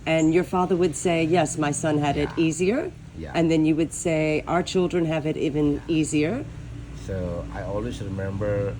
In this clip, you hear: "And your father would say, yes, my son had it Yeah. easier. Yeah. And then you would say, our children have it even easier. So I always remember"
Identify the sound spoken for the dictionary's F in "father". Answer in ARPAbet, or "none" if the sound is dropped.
F